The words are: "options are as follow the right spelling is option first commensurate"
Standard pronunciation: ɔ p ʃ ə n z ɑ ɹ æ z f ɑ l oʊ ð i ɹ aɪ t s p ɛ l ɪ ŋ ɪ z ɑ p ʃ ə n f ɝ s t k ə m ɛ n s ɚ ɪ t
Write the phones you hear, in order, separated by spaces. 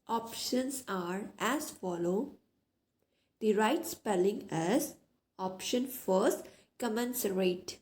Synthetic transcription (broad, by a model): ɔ p ʃ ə n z ɑ ɹ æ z f ɑ l oʊ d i ɹ aɪ t s p ɛ l ɪ ŋ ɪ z ɑ p ʃ ə n f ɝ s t k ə m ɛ n s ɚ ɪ t